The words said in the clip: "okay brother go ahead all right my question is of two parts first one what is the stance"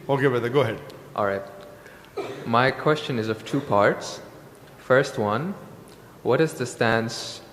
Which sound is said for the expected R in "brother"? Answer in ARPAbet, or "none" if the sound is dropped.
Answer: none